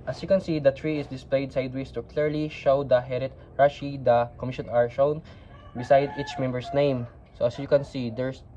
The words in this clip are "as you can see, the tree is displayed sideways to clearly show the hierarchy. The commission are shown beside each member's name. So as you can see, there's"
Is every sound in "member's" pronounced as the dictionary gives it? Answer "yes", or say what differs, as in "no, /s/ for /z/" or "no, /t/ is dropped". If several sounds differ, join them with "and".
no, /s/ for /z/